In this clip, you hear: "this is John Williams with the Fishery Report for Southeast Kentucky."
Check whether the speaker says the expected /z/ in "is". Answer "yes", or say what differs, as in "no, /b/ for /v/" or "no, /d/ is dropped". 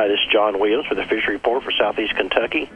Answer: no, /s/ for /z/